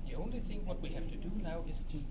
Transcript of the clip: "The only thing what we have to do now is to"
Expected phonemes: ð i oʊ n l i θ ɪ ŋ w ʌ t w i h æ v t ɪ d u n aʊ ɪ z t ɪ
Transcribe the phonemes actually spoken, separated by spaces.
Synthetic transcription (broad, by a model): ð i oʊ n l i θ ɪ ŋ w ʌ t w i h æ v t ɪ d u n aʊ ɪ z t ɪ